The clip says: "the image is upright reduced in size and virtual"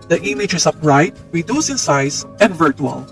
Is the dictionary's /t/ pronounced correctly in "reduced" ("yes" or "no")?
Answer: no